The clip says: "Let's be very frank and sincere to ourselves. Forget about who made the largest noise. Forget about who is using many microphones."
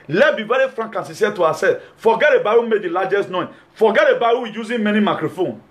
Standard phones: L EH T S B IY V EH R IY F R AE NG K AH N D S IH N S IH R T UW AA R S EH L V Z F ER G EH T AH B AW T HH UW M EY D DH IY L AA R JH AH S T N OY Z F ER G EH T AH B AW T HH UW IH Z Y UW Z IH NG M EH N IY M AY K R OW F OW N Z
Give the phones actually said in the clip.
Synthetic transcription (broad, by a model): L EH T B IY V EH R IY F R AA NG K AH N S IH S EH T UW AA S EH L F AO G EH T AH B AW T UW M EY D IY L AA JH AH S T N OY F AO G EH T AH B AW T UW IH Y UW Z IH M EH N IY M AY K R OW F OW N